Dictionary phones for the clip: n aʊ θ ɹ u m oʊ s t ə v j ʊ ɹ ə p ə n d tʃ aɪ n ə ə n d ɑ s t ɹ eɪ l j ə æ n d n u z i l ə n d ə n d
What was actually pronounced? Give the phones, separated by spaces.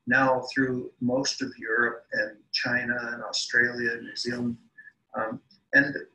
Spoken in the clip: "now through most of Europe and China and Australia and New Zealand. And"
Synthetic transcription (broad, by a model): n aʊ θ ɹ u m oʊ s t ə v j ʊ ɹ ə p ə n tʃ aɪ n ə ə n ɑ s t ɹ eɪ l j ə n n u z i l ə n d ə n